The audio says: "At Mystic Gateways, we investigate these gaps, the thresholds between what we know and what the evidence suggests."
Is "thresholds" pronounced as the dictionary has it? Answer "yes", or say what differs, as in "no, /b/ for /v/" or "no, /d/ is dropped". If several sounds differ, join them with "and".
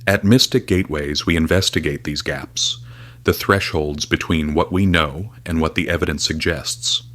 yes